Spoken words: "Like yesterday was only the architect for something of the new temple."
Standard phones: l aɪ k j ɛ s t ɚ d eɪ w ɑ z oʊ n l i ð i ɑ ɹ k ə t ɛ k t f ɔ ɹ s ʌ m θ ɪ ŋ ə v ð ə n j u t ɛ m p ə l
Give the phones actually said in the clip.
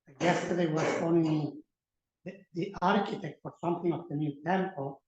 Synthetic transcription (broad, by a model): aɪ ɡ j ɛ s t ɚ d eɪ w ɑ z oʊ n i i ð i ɑ ɹ k ə t ɛ k t f ɔ ɹ s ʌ m t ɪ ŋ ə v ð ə n j u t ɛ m p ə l